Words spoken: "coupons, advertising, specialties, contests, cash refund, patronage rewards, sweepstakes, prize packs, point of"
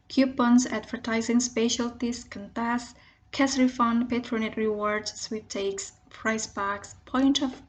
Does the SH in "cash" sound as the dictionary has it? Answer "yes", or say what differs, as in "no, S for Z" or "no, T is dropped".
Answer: no, S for SH